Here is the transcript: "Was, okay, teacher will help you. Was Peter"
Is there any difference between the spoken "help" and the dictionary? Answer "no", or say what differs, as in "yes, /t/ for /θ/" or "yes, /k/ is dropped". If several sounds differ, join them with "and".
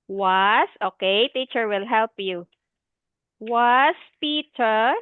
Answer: no